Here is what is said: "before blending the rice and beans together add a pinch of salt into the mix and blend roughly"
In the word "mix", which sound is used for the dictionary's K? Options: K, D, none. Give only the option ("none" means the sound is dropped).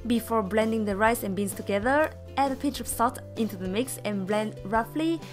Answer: K